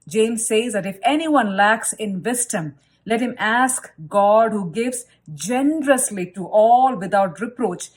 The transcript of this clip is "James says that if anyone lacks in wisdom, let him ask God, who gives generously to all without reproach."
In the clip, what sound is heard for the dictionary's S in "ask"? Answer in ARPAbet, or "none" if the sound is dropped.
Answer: S